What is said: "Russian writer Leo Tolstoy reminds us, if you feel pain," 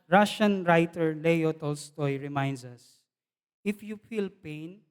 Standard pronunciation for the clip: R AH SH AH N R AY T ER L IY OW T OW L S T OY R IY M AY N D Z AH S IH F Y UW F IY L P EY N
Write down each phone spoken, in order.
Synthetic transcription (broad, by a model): R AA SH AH N R AY T ER L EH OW T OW L S T OY R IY M AY N D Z AH S IH F Y UW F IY L P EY N